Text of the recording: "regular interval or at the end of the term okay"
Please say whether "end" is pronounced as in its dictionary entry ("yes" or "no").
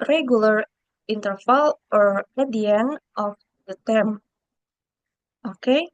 no